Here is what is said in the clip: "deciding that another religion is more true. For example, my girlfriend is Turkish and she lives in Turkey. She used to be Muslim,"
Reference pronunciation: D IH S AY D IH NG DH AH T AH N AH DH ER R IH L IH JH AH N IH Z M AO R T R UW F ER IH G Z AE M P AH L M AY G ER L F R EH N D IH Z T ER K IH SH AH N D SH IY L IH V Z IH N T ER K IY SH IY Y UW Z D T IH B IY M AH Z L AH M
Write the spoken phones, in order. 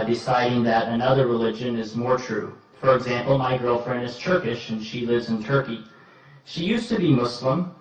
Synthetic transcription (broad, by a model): D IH S AY D IH NG DH AH T AH N AH DH ER R IH L IH JH AH N IH Z M AO R T R UW F ER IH G Z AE M P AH L M AY G ER L F R EH N D IH Z T ER K IH SH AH N SH IY L IH V Z IH N T ER K IY SH IY Y UW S T IH B IY M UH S L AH M